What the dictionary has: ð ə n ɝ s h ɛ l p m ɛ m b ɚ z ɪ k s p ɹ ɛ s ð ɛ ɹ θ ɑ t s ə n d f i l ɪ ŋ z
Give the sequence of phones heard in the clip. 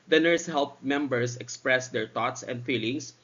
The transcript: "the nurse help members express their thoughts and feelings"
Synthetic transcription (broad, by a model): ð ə n ɝ s h ɛ l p m ɛ m b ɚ s ɪ k s p ɹ ɛ s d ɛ ɹ t ɑ t s ə n d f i l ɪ ŋ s